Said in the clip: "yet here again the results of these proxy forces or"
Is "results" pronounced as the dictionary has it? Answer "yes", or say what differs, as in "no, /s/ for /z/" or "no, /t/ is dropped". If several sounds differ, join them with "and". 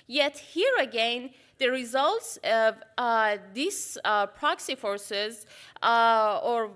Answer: yes